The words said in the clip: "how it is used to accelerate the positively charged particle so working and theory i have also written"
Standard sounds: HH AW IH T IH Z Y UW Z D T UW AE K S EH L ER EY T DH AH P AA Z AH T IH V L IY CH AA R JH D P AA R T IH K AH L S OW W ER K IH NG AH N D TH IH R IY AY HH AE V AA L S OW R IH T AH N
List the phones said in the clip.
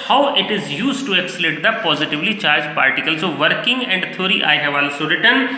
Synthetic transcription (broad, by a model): HH AW IH T IH Z Y UW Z T UW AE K S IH L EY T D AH P AA Z AH T IH V L IY CH AA R JH P AA R T IH K AH L S OW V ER K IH NG AH N D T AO R IY AY HH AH V AA L S OW R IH T AH N